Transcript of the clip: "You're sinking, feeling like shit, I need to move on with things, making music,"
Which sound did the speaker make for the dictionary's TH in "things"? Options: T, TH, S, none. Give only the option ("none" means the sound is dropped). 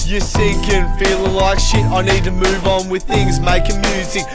TH